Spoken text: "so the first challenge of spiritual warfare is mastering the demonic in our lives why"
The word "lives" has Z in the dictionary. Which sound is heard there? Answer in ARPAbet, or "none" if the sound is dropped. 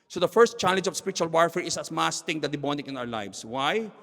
S